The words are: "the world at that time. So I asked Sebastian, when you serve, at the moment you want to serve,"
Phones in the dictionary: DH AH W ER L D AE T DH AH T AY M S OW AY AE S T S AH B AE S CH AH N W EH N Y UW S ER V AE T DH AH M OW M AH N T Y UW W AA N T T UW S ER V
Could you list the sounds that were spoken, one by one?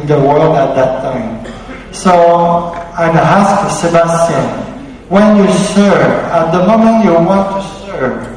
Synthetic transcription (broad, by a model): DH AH W ER L D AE T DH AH T AY M S OW AY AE S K S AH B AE S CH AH N W EH N Y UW S ER V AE T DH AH M OW M AH N T Y UW W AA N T T UW S ER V